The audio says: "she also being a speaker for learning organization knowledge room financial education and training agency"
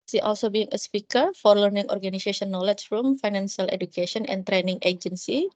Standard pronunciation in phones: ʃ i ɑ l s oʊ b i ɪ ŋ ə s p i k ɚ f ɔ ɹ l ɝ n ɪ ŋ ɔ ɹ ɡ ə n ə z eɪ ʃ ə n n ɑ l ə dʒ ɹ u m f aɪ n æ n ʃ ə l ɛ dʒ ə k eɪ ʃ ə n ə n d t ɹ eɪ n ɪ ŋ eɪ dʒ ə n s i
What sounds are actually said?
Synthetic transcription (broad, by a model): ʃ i ɑ l s oʊ b i ɪ ŋ ə s p i k ɚ f ɔ ɹ l ɝ n ɪ ŋ ɔ ɹ ɡ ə n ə s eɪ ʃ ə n n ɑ l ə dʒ ɹ u m f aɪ n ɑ n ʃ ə l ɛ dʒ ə k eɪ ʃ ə n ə n t ɹ eɪ n ɪ ŋ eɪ dʒ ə n s i